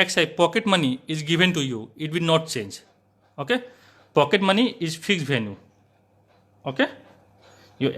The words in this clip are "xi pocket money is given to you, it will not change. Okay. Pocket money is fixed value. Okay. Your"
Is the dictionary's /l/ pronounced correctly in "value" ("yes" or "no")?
no